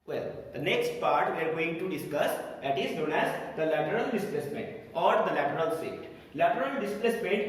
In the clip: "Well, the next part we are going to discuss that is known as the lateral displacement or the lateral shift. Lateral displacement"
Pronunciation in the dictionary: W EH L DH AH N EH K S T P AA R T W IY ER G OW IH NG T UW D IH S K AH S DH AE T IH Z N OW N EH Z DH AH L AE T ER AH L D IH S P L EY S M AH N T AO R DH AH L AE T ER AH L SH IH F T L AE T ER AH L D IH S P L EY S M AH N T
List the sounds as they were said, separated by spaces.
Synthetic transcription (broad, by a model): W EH L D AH N EH K S T P AA R T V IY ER G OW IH NG T UW D IH S K AH S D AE T IH Z N OW N EH Z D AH L AE T ER AH L D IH S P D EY S M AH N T AO R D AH L AE T ER AH L S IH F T L AE T ER AH L D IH S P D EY S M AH N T